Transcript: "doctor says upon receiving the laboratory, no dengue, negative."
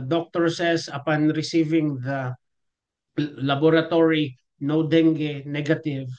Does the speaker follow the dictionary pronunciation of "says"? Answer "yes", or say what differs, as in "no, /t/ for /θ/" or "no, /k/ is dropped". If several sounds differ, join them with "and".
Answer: no, /s/ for /z/